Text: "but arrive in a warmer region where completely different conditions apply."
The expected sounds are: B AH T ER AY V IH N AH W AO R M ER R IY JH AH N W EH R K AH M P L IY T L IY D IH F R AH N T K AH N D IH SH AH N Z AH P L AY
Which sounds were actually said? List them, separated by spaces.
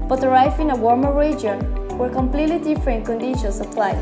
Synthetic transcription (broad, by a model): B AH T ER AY F IH N AH W AO R M ER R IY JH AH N W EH R K AH M P L IY T L IY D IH F R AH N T K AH N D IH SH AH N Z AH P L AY